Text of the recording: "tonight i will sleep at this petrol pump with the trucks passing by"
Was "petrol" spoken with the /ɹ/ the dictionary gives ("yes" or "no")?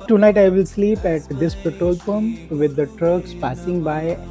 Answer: no